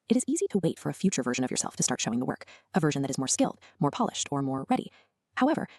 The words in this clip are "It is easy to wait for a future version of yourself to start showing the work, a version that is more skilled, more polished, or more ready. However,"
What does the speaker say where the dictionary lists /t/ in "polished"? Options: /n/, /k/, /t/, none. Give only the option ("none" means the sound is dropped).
/t/